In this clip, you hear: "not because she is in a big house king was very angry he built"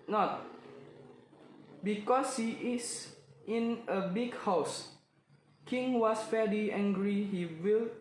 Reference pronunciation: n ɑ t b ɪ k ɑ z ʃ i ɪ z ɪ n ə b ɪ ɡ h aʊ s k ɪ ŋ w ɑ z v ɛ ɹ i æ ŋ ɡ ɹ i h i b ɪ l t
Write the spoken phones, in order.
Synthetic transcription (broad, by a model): n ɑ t b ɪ k ɑ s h i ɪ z ɪ n ə b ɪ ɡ h aʊ s k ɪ ŋ w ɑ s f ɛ l i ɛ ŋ ɡ ɹ i h i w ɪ l